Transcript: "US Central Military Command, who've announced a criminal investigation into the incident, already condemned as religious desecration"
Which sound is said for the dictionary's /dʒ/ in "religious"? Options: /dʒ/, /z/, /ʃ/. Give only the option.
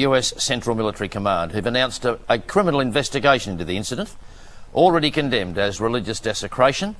/dʒ/